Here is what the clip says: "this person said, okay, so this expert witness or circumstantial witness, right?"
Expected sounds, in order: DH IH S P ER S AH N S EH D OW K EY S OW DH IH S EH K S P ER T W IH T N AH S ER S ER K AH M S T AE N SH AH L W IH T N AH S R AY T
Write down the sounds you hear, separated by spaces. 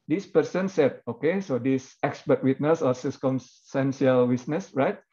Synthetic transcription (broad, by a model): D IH S P ER S AH N S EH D OW K EY S OW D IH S EH K S P ER T W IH T N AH S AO S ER K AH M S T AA N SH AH L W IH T N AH S R AY T